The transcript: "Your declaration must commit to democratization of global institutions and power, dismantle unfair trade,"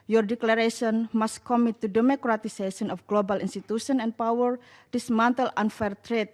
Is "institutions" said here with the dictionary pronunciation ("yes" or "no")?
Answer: no